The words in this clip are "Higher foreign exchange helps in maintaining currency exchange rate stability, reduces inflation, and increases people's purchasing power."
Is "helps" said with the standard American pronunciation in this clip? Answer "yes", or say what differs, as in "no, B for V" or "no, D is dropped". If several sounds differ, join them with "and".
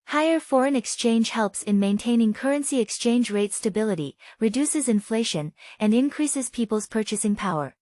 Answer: yes